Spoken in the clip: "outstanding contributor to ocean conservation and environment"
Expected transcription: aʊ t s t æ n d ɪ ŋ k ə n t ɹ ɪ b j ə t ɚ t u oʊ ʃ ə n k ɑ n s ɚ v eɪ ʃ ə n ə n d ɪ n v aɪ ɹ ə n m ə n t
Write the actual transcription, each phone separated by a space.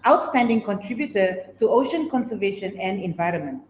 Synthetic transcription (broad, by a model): aʊ t s t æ n d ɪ ŋ k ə n t ɹ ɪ b j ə t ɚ t u oʊ ʃ ə n k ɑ n s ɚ v eɪ ʃ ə n ə n d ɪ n v aɪ ɹ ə n m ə n t